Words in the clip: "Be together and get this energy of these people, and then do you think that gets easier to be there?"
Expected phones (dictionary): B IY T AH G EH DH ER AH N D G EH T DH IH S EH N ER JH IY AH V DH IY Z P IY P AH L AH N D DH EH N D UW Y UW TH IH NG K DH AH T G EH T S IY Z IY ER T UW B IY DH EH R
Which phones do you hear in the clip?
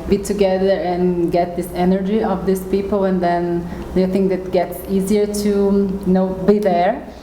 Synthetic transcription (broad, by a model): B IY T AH G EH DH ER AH N G EH T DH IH S EH N ER JH IY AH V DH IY S P IY P AH L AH N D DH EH N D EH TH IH NG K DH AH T G EH T S IY Z IY ER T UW B IY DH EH R